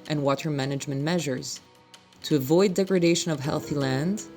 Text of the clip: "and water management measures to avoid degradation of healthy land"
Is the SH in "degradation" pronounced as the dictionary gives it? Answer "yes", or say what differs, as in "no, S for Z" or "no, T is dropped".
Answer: yes